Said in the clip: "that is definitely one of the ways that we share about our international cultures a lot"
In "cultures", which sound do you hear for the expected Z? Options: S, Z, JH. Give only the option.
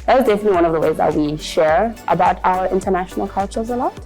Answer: Z